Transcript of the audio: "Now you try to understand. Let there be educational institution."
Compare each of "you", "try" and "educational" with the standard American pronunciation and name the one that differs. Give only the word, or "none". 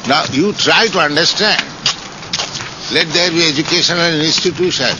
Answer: educational